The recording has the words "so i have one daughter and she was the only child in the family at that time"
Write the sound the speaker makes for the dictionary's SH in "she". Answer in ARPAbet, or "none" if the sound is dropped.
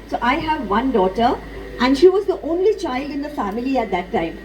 SH